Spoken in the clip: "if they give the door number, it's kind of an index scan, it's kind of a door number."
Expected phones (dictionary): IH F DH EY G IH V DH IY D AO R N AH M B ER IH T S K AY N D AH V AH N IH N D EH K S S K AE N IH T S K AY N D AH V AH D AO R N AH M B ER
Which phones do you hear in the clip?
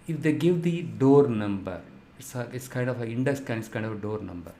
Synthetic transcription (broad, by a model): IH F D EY G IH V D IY D AO R N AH M B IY IH T S K AY N D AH F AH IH N D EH S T K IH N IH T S K AY N D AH F AH D AO R N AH M B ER